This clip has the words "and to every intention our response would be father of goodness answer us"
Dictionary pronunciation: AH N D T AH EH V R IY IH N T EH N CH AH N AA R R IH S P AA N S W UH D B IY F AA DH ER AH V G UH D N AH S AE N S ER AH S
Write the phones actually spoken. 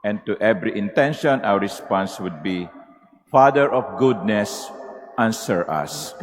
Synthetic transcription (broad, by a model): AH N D T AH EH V R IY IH N T EH N SH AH N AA W R IH S P AA N S W UH D B IY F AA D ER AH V G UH D N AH S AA N S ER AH S